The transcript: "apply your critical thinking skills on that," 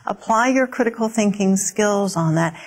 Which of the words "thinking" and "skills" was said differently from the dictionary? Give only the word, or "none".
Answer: none